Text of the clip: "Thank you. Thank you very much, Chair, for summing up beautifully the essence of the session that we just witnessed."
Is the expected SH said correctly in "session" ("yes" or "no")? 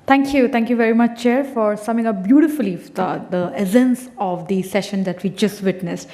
yes